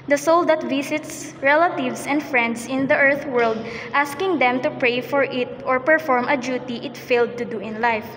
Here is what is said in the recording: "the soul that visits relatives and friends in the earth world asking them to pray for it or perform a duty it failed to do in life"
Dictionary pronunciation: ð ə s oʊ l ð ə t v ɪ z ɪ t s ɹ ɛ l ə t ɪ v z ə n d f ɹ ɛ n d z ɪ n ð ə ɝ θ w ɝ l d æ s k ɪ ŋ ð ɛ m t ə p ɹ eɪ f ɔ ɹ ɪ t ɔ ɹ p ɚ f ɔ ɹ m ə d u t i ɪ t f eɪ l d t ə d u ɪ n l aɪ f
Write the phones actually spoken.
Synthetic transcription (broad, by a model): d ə s oʊ l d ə t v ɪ s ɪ t s ɹ ɛ l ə t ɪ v s ə n d f ɹ ɛ n d s ɪ n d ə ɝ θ w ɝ l d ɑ s k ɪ ŋ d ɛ m t ə p ɹ eɪ f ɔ ɹ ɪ t ɔ ɹ p ɚ f ɔ ɹ m ə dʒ u t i ɪ t f eɪ l d t ə d u ɪ n l aɪ f